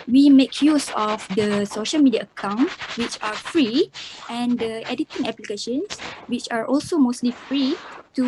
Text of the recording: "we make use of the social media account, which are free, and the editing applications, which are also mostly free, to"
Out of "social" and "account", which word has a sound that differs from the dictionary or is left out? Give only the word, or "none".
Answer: none